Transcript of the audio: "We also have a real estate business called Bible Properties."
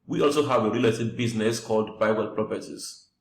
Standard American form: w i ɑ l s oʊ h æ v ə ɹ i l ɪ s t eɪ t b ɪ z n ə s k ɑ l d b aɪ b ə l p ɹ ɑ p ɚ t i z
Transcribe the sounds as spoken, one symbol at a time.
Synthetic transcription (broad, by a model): w i ɑ l s oʊ h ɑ v ə ɹ i l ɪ t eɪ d b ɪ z n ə s k ɑ l d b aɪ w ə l p ɹ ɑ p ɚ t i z